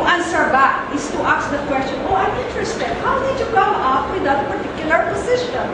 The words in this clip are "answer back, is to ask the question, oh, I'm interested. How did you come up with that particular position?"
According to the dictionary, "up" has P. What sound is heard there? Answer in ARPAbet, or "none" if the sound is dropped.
F